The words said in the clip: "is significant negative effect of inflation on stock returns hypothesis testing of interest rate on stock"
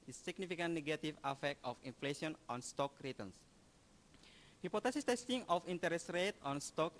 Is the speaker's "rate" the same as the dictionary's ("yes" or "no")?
yes